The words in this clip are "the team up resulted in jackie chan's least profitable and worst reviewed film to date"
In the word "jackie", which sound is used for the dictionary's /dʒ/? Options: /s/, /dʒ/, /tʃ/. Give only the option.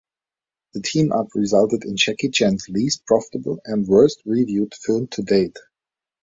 /tʃ/